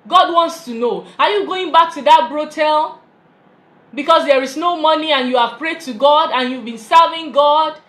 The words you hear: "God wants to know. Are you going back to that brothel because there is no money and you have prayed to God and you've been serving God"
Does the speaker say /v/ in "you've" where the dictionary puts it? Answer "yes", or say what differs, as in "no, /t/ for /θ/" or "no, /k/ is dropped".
yes